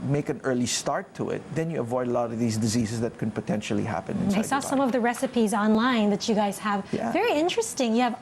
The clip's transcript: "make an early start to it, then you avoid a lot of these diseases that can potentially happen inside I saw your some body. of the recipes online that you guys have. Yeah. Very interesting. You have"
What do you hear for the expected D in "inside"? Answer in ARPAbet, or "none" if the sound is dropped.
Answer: none